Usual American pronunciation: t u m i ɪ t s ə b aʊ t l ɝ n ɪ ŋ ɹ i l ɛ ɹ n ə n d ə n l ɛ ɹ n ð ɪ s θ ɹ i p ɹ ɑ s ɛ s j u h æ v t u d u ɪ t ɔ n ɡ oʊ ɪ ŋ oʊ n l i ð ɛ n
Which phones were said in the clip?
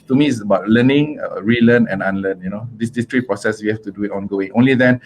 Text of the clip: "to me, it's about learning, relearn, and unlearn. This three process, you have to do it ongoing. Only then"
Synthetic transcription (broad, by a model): t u m i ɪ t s ə b aʊ t l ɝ n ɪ ŋ ɹ i l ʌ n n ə n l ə n n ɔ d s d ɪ s t ɹ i p ɹ ɑ s ɛ s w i h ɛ f t u d u ɪ t ɔ n ɡ oʊ ɪ ŋ oʊ n l i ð ɛ n